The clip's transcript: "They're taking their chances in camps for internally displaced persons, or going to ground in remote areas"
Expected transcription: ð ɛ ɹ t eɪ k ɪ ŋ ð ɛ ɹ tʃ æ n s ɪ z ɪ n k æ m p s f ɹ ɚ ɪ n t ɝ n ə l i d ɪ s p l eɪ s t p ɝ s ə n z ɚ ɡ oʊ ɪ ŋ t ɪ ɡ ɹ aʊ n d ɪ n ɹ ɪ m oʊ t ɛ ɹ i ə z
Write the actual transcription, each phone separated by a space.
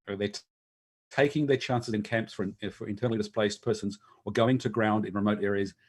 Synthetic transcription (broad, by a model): ð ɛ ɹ t eɪ k ɪ ŋ ð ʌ ɹ tʃ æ n s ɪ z ɪ n k æ m p s f ɹ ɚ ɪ n t ɝ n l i d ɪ s p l eɪ s p ɝ s ə n z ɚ ɡ oʊ ɪ ŋ t ɪ ɡ ɹ aʊ n d ɪ n ɹ ɪ m oʊ t ɛ ɹ i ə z